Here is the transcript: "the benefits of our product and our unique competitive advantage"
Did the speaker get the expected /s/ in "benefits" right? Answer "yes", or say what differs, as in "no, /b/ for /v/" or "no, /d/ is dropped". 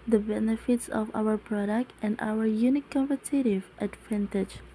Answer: yes